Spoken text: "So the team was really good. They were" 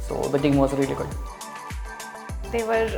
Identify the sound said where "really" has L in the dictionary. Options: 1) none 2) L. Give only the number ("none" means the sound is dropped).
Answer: 2